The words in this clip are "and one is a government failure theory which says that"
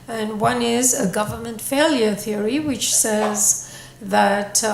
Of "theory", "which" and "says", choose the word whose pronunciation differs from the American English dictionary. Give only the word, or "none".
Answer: none